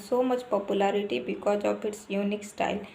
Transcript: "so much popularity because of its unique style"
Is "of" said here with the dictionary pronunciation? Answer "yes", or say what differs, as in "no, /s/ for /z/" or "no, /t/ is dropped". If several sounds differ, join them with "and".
no, /p/ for /v/